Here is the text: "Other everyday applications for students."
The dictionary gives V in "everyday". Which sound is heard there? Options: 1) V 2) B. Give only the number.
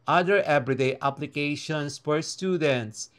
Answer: 2